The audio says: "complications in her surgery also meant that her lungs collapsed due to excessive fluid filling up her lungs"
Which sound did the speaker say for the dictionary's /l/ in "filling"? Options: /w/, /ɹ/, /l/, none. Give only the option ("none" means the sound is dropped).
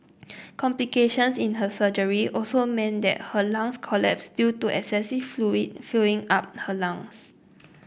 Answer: none